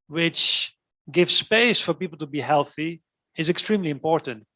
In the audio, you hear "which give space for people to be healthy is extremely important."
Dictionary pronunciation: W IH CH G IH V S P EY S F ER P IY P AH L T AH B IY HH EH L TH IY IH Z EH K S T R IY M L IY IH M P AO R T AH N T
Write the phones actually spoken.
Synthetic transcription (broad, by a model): W IH CH G IH V S P EY S F ER P IY P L T AH B IY HH EH L TH IY IH Z EH K S T R IY M L IY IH M P AO R T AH N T